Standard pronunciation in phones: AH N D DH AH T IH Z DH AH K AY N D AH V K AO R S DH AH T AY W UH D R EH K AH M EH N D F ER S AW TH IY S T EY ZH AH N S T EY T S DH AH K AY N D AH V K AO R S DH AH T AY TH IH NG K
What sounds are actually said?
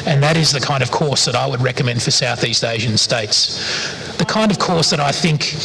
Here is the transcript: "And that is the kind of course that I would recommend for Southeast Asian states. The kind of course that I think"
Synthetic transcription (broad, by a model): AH N DH AH T IH Z DH AH K AY N D AH V K AO R S DH AH T AY W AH D R EH K AH M EH N D F ER S AW TH IY S T EY ZH AH N S T EY T S DH AH K AY N D AH V K AO R S DH AH T AY TH IH NG K